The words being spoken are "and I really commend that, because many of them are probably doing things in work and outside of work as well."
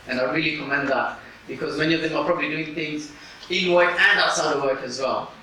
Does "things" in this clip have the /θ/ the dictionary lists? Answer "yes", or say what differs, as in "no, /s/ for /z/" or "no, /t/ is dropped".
yes